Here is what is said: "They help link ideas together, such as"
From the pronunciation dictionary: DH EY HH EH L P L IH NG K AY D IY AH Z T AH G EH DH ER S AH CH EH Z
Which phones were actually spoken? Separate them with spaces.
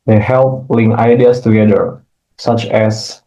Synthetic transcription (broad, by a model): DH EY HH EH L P L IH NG AY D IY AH S T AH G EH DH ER S AH CH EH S